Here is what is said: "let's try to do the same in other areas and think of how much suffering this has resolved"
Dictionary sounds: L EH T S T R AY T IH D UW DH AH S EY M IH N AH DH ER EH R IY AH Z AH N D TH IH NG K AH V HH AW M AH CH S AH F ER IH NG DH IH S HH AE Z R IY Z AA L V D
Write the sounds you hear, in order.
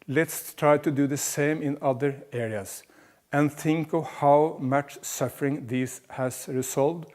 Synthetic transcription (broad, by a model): L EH T S T R AY T IH D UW DH AH S EY M IH N AH DH ER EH R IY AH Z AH N TH IH NG K AH V HH AW M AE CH S AH F ER IH NG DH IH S HH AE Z R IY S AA L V D